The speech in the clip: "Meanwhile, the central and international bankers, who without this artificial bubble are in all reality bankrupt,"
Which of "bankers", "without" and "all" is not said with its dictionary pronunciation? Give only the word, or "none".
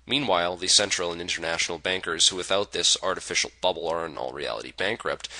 none